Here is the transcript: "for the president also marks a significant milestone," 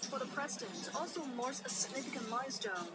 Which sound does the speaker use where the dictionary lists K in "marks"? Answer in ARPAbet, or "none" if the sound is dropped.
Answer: none